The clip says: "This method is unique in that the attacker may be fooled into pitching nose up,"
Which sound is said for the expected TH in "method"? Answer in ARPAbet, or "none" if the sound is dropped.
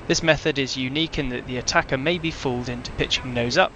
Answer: TH